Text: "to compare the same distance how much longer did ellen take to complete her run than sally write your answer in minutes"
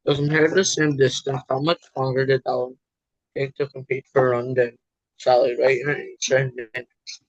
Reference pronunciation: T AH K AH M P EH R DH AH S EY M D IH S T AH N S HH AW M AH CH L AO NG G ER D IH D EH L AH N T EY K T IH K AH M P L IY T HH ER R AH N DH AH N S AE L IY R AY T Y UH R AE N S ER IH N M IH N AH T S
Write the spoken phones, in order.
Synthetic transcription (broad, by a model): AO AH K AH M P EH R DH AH S EY M D IH S T AH N S HH AW M AH CH L AO NG G ER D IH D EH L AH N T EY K T IH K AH M P IY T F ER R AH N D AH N S AE L IY R AY T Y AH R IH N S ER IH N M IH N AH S